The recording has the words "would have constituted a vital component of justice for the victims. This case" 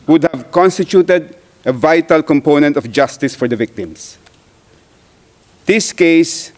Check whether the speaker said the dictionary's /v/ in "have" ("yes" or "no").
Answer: yes